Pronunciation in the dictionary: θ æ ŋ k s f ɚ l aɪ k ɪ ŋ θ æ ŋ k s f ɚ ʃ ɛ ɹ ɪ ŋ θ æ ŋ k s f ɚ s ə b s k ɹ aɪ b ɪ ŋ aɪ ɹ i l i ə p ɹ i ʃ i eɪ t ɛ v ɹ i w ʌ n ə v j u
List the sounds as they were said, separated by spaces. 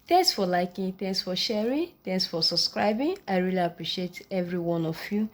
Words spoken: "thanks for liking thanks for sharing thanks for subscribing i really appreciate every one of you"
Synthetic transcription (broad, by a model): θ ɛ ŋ k s f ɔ l aɪ k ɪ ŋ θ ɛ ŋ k s f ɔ ʃ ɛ ɹ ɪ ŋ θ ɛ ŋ k s f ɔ s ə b s k ɹ aɪ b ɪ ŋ aɪ ɹ i l i ə p ɹ i ʃ i eɪ t ɛ v ɹ i w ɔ n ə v j u